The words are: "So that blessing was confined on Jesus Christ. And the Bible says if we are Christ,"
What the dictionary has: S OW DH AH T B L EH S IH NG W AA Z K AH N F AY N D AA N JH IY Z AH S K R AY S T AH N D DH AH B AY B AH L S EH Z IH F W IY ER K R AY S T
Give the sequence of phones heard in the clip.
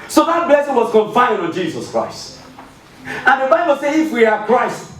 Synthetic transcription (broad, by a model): S OW DH AH T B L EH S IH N W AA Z K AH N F AY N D AA N JH IY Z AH S K R AY S T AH N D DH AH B AY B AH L S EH IH F W IY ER K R AY S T